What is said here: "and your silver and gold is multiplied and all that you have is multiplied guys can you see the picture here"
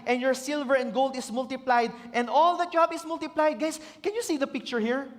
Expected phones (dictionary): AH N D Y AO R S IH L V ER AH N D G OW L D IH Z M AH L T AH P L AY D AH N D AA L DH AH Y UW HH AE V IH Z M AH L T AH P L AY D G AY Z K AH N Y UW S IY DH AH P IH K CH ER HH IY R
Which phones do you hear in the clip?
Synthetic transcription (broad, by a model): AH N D Y AO R S IH L V ER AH N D G OW L D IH S M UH L T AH P L AY D AH N D AA L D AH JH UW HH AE B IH S M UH L T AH P L AY D G AY S K AH N Y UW S IY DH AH P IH K CH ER HH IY R